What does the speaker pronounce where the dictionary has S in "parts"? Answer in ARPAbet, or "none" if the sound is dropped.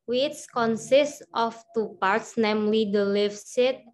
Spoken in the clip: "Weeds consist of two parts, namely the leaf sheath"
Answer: S